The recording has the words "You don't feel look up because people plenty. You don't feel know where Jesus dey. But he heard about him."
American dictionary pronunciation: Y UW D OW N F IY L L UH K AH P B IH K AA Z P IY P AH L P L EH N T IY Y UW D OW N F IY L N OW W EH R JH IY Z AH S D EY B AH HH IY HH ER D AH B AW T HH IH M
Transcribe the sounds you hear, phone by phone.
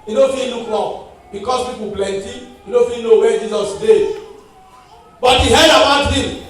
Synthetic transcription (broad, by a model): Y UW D OW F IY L N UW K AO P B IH K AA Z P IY P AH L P L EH N T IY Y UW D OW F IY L N OW W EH JH IY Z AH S D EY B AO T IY HH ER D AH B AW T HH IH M